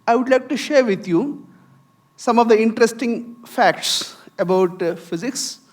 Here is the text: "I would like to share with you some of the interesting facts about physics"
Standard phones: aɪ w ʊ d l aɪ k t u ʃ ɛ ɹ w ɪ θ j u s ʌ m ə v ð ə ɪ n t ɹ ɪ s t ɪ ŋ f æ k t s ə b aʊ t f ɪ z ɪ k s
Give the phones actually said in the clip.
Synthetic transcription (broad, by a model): aɪ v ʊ d l aɪ k t u ʃ ɛ ɹ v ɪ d j u s ʌ m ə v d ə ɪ n t ɹ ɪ s t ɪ ŋ f æ k t s ə b aʊ t f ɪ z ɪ k s